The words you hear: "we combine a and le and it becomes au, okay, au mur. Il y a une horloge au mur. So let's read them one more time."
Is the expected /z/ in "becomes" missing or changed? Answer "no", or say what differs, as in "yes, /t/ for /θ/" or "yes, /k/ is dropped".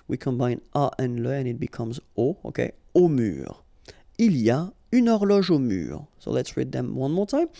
no